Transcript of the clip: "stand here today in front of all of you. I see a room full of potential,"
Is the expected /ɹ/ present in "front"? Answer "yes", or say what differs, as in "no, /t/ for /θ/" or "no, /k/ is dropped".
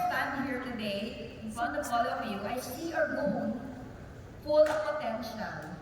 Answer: no, /ɹ/ is dropped